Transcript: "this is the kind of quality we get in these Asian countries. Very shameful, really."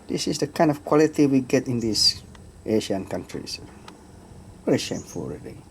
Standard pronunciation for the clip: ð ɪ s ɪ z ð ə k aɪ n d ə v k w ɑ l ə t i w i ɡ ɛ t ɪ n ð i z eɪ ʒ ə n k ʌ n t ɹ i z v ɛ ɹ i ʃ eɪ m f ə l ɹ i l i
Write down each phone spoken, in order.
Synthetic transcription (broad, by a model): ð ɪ s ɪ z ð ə k aɪ n d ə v k w ɑ l ə t i w i ɡ ɛ t ɪ n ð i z eɪ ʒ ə n k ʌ n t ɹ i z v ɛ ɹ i ʃ eɪ m f ə l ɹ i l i